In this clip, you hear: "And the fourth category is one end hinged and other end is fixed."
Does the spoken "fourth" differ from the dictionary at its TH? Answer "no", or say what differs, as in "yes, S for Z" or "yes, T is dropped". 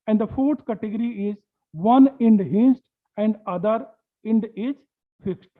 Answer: yes, T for TH